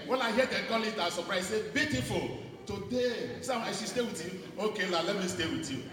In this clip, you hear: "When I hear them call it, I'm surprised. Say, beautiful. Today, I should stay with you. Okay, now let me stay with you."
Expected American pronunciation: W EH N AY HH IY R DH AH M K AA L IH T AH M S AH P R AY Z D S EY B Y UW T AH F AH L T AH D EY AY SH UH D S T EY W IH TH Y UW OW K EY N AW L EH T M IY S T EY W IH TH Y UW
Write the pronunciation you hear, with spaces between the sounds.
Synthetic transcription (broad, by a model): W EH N AY HH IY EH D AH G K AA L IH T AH S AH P R AY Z S EY B Y UW T AH F AH L T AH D EY AY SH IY S T EY W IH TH Y UW OW K EY L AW L EH T M IY S T EY W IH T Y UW